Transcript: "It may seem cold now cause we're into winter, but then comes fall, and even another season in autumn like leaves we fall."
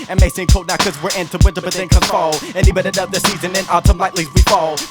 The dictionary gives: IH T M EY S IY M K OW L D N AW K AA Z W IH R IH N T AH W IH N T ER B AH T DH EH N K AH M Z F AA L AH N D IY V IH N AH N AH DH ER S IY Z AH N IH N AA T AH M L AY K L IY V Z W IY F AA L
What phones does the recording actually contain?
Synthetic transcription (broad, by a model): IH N M EY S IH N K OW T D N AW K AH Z W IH R IH N T AH W IH N T ER B AH T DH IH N K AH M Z F AA L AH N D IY B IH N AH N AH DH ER S IY Z AH N IH N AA S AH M L AY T L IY Z W IY F AA L